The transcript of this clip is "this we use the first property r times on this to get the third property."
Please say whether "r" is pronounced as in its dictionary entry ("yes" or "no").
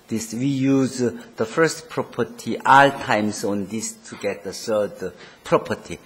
no